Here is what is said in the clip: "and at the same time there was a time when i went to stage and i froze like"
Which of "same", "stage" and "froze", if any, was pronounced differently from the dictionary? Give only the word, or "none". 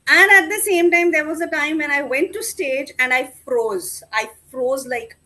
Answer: none